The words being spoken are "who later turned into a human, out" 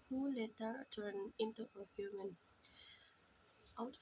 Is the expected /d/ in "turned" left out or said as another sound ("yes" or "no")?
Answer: yes